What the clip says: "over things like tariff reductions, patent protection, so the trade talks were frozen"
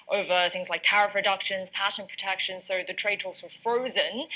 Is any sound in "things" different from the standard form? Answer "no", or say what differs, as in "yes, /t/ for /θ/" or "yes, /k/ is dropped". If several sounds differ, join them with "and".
no